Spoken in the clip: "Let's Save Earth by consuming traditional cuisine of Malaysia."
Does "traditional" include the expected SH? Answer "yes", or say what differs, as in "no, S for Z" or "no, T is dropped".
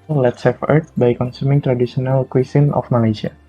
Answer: no, S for SH